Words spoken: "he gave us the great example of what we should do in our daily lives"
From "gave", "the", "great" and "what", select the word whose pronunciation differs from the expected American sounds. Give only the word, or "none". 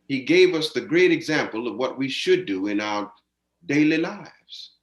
none